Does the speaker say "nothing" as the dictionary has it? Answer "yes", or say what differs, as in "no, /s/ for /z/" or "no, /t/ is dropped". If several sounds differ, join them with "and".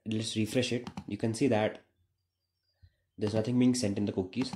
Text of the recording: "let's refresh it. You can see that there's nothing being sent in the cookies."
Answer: no, /t/ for /θ/